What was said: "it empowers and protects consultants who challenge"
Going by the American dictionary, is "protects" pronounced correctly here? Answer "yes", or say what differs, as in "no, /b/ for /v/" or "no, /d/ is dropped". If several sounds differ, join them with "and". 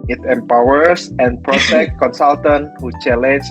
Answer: no, /s/ is dropped